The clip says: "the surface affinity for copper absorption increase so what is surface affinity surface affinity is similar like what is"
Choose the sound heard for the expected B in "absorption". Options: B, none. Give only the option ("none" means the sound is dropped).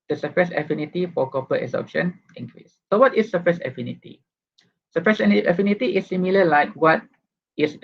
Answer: none